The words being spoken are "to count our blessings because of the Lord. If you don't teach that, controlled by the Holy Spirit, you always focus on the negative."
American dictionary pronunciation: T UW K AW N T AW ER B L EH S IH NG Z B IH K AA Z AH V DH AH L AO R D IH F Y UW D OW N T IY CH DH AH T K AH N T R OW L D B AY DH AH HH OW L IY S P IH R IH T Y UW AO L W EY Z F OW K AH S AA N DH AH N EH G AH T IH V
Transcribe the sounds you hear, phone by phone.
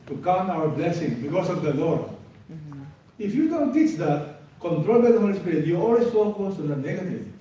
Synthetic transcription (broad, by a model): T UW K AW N AW ER B L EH S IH NG B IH K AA S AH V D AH L AO R D IH F Y UW D OW N T IY CH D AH T K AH N T R OW L B AY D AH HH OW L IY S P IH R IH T Y UW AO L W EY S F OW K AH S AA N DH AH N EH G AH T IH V